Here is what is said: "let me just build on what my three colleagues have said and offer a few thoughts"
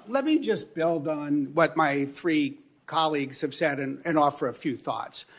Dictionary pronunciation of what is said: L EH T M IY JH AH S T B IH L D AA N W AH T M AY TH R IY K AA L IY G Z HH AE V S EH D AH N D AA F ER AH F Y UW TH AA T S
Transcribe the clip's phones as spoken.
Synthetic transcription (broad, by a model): L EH T M IY JH AH S B IH L D N W AH T M AY TH R IY K AA L IY G Z HH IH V S EH D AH N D AA F ER AH F Y UW TH AA T S